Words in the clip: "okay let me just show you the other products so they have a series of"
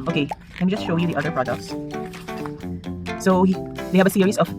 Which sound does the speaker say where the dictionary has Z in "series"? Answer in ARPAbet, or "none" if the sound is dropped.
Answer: S